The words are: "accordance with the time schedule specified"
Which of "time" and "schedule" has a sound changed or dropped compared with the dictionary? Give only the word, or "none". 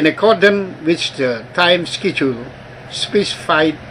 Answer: schedule